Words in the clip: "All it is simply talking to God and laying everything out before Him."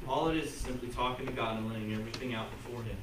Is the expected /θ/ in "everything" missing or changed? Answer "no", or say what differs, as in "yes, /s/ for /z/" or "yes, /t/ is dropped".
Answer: no